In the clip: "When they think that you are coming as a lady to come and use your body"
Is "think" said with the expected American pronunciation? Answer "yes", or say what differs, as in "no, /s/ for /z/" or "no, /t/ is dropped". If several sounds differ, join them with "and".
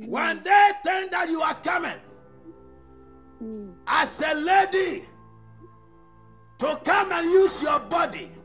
no, /t/ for /θ/